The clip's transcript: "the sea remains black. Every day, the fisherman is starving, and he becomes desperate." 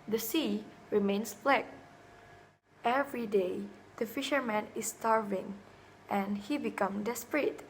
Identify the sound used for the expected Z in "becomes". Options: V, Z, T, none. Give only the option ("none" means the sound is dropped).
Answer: none